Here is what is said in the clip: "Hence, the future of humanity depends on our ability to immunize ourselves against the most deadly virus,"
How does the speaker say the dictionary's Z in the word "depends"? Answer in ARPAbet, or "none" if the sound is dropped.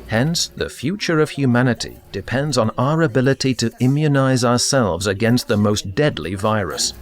Z